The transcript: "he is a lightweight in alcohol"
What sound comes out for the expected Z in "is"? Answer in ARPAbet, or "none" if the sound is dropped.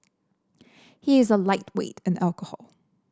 Z